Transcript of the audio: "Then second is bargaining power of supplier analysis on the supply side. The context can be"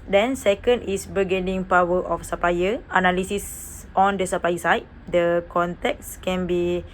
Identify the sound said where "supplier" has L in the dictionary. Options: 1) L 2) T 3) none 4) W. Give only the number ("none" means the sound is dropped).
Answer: 3